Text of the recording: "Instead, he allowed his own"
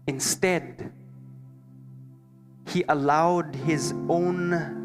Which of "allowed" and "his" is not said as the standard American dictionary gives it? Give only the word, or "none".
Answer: none